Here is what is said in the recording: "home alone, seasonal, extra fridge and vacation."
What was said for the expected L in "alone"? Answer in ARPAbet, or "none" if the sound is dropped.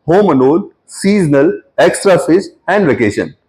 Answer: N